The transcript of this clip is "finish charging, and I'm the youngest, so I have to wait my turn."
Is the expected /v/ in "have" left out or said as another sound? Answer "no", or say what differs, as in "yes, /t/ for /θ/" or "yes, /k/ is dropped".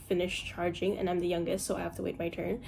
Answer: yes, /f/ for /v/